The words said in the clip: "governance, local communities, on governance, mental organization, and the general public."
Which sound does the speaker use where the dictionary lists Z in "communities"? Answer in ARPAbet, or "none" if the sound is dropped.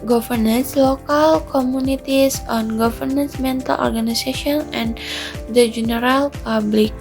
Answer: S